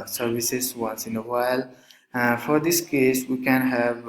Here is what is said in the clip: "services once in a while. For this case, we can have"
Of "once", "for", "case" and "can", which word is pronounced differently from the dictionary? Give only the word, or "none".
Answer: none